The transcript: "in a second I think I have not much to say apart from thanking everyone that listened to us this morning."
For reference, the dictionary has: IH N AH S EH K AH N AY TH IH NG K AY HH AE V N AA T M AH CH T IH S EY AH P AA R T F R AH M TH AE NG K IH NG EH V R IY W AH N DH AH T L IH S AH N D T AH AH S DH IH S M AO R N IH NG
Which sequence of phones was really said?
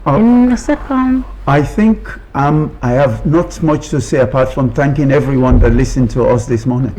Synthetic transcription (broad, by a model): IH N AH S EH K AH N AY TH IH NG K AY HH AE V N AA T M AH CH T IH S EY AH P AA R T F R AH M TH AE NG K IH NG EH V R IY W AH N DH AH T L IH S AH N T AH AH S DH IH S M AO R N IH NG